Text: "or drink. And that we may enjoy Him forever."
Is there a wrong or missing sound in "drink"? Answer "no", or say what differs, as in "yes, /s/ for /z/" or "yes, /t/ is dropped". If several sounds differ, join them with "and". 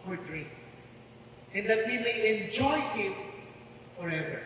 yes, /k/ is dropped